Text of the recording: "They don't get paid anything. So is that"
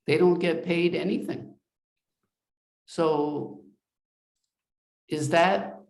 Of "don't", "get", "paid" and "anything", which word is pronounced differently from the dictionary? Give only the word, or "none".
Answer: none